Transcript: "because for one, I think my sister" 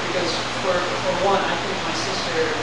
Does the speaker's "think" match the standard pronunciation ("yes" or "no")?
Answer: yes